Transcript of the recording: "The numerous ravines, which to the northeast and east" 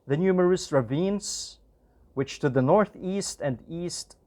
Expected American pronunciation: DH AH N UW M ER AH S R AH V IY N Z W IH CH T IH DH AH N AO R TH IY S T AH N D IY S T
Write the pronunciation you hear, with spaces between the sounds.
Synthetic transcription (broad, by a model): DH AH N UW M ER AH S R AH V IY N Z W IH CH T IH DH AH N AO R TH IY S T AH N D IY S T